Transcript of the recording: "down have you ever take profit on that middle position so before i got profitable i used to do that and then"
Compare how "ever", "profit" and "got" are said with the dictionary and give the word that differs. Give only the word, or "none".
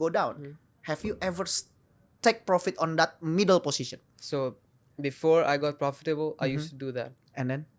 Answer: none